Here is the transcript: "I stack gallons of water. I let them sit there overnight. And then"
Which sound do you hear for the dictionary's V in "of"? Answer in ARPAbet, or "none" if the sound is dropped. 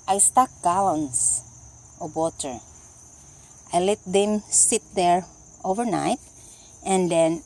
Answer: B